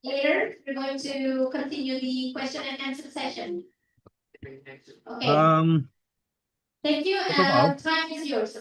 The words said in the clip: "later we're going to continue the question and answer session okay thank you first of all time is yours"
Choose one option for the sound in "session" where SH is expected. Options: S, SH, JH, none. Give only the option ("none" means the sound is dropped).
SH